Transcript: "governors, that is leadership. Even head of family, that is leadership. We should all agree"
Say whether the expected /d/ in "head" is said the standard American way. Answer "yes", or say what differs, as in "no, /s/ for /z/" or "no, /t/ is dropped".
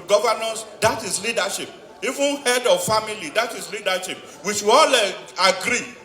yes